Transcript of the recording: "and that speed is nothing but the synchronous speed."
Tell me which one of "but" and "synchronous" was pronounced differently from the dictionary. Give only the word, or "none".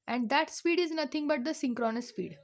none